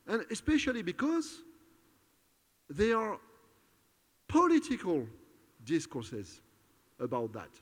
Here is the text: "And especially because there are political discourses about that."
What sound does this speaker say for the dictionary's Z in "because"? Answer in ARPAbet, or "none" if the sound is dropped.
Z